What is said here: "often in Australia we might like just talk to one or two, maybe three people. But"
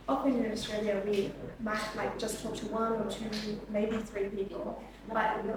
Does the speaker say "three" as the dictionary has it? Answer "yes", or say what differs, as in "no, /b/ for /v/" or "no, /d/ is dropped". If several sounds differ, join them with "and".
yes